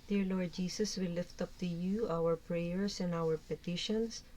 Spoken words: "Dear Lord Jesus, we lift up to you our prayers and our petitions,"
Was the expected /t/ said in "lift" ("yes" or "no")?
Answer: yes